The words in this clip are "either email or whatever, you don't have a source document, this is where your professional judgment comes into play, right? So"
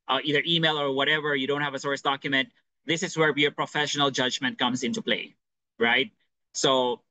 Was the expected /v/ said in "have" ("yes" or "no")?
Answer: yes